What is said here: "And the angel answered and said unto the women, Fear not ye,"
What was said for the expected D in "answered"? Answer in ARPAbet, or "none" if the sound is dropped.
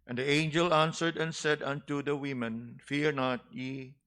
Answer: D